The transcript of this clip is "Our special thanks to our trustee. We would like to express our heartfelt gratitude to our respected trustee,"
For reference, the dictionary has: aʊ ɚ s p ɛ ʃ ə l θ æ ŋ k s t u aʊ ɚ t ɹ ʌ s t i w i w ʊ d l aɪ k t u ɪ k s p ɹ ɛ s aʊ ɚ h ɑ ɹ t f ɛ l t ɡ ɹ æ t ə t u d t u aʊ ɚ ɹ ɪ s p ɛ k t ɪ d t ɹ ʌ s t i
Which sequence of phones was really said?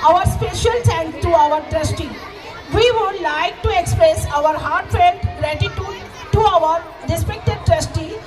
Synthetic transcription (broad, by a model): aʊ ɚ s p ɛ ʃ ə l s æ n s t u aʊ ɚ t ɹ ʌ s t i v i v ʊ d l aɪ k t u ɪ k s p ɹ ɛ s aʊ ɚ h ɑ ɹ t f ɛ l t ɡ ɹ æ t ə t u d t u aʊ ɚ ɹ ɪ s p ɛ k t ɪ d t ɹ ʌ s t i